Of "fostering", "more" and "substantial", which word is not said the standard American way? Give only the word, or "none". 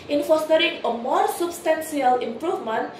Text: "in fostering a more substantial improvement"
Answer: substantial